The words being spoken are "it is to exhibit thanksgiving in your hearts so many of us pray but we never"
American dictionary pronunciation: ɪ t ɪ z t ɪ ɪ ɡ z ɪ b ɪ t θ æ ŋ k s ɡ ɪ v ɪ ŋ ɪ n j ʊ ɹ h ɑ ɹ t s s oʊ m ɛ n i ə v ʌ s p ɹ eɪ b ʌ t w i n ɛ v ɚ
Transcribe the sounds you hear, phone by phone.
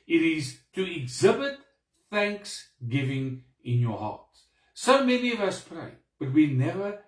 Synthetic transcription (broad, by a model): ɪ t ɪ z t ɪ ɪ ɡ z ɪ b ɪ t θ æ ŋ k s ɡ ɪ v ɪ ŋ ɪ n j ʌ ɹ h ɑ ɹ t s s oʊ m ɛ n i ə v ʌ s p ɹ eɪ b ʌ t w i n ɛ v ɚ